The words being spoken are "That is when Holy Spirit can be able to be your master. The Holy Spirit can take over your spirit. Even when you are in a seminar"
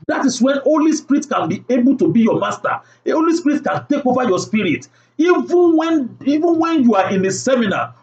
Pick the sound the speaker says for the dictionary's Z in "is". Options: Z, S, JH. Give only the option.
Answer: S